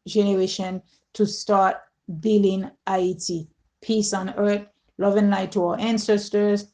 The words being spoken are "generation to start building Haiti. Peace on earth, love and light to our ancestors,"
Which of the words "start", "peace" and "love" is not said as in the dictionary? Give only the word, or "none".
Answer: none